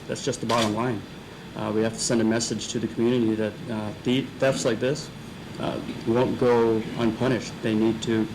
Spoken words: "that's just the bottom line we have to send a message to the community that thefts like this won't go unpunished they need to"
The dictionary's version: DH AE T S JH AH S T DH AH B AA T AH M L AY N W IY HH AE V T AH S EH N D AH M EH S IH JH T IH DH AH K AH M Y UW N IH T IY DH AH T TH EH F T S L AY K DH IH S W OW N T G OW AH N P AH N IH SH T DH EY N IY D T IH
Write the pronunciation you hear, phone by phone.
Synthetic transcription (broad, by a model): DH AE T S JH AH S T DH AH B AA T AH M L AY N W IY HH AE F T AH S EH N D AH M EH S IH JH T IH DH AH K M Y UW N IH T IY DH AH T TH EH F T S L AY K DH IH S W OW N G OW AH N P AH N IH SH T DH EY N IY D T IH